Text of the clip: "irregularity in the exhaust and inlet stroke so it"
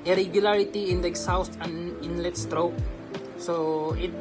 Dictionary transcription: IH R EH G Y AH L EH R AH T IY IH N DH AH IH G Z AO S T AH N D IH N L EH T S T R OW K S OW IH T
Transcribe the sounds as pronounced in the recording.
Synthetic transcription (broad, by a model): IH R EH G Y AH L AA R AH T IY IH N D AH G S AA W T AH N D IH N L EH T S T R OW K S OW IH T